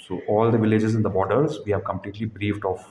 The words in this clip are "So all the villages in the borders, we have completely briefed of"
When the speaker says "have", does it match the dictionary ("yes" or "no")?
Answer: yes